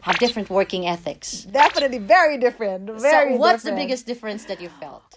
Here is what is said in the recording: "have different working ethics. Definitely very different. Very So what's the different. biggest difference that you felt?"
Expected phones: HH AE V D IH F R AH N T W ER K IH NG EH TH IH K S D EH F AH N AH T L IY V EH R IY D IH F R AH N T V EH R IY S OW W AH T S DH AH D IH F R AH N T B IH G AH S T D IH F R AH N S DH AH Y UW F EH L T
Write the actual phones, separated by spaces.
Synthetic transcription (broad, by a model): HH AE V D IH F R AH N T W ER K IH NG EH TH IH K S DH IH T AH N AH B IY V EH R IY D IH F R AH N T V EH R IY W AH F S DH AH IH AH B IH G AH S D IH F R AH N S DH AH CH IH F EH L T